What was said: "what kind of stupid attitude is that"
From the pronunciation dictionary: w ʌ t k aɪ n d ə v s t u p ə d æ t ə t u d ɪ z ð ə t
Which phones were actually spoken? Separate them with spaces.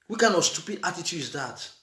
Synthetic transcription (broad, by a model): w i k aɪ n ə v s t u p ə d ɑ t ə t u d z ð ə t